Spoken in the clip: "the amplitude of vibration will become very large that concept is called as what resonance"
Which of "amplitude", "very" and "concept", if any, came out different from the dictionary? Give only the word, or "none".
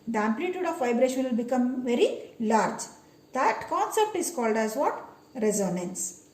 none